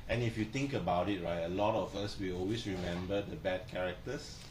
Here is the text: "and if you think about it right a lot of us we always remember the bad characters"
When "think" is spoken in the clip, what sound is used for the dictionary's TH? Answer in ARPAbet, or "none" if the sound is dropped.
T